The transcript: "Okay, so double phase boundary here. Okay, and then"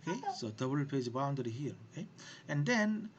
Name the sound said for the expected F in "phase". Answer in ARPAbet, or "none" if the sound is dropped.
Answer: P